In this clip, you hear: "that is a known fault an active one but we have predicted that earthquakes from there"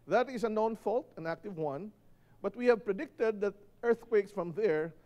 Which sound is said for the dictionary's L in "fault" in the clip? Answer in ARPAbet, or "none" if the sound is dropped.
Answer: L